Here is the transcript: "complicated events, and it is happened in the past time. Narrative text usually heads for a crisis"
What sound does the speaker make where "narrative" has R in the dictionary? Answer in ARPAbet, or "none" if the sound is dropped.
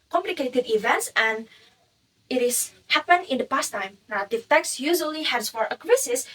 none